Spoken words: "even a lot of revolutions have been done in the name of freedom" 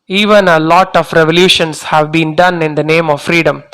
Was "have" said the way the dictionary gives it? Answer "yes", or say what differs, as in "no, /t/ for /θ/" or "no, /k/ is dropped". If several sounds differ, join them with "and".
yes